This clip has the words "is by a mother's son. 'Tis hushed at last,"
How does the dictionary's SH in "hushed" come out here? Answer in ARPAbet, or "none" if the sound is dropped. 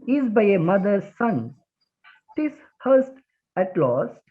S